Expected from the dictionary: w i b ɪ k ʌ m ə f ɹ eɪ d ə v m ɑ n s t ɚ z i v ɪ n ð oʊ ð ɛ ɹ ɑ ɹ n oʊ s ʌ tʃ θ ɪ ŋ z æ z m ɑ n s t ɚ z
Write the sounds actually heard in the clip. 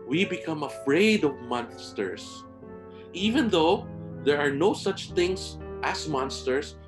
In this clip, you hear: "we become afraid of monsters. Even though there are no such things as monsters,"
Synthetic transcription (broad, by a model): w i b ɪ k ʌ m ə f ɹ eɪ d ə v m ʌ n s t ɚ s i v ɪ n ð oʊ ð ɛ ɹ ɑ ɹ n oʊ s ʌ tʃ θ ɪ ŋ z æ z m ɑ n s t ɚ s